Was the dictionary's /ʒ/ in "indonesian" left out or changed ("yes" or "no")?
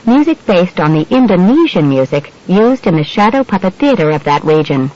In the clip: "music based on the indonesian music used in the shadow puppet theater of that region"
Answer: no